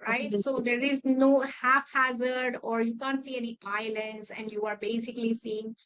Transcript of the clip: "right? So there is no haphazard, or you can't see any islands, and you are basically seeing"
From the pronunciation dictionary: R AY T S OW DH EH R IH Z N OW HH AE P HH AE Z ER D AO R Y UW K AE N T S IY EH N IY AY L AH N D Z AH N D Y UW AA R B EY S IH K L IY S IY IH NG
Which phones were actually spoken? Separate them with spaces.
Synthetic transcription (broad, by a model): R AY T S OW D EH R IH Z N OW HH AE F HH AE Z ER D AO R Y UW K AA N T S IY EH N IY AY L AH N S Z AH N D Y UW AA R B EY S IH K L IY S IY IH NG